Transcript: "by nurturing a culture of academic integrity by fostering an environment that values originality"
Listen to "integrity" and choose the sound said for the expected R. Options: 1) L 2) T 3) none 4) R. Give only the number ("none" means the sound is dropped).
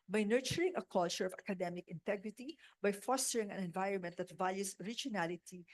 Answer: 4